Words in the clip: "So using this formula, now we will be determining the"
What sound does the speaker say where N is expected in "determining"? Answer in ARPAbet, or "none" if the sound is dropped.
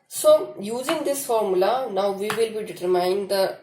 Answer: none